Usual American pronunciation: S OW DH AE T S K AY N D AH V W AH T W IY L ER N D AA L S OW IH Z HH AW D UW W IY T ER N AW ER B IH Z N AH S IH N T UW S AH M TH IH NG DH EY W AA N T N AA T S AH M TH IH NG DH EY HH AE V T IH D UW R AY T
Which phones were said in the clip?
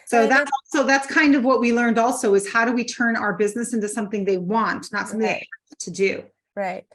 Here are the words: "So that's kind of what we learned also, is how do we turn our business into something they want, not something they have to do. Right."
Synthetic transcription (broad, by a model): S OW DH AE T S K AY N D AH V W AH T W IY L ER N D AA L S OW IH Z HH AW D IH W IY T ER N AW ER B IH Z N AH S IH N T UW S AH M TH IH NG DH EY W AA N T N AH T S AH M TH IH NG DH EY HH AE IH T IH D UW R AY T